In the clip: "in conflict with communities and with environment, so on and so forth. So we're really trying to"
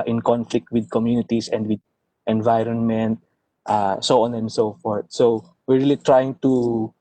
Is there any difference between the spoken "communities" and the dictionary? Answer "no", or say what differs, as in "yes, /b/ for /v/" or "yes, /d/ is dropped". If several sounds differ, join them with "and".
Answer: yes, /s/ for /z/